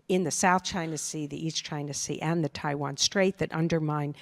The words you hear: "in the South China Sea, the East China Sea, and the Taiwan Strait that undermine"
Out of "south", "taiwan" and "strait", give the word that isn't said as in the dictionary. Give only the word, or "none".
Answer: none